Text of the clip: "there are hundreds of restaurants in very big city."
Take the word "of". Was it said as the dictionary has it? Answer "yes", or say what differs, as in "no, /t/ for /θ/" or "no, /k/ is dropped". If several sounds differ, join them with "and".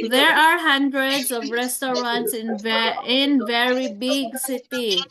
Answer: yes